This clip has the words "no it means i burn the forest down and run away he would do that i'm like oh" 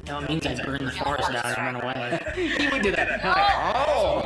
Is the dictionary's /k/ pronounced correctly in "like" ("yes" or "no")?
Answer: no